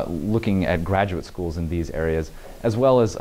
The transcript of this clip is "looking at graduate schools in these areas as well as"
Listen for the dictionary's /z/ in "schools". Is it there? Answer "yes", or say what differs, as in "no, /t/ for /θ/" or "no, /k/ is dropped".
yes